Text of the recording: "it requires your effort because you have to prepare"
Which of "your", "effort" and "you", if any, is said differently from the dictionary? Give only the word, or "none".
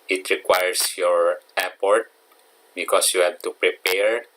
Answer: effort